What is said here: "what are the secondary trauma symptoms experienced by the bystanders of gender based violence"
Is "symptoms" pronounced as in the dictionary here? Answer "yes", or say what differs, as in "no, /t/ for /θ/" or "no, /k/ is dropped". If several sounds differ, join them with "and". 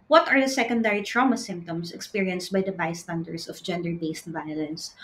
no, /s/ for /z/